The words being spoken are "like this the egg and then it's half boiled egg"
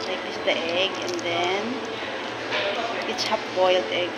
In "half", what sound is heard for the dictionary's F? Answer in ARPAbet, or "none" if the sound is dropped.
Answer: P